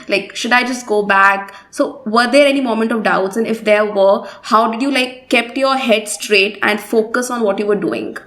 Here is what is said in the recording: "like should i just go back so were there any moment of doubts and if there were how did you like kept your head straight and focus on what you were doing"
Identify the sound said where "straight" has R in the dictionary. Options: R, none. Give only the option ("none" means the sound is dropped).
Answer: R